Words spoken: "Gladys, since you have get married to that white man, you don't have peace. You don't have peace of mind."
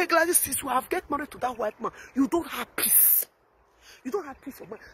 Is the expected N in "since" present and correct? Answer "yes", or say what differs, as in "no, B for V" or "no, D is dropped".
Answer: no, N is dropped